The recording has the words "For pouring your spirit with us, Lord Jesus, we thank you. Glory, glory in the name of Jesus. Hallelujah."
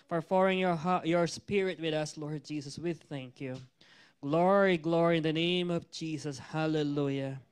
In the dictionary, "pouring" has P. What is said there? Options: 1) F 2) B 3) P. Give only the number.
1